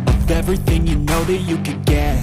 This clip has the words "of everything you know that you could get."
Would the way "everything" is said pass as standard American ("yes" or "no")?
yes